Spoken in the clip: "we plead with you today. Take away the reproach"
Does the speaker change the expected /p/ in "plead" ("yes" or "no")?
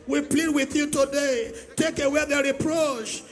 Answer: no